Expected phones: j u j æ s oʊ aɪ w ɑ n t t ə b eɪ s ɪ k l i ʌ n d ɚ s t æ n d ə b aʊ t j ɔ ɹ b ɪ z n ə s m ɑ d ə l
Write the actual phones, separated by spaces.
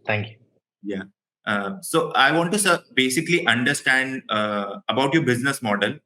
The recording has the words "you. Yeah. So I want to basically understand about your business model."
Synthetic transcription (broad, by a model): j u j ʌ s oʊ aɪ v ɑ n t s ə b eɪ s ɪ k l i ʌ n d ɚ s t æ n d ə b aʊ t j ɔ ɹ b ɪ z n ə s m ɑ d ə l